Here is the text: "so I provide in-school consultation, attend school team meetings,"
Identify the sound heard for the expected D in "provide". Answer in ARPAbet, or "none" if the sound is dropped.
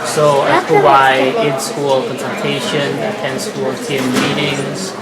none